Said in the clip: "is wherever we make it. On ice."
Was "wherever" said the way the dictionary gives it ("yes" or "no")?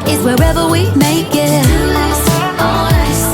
yes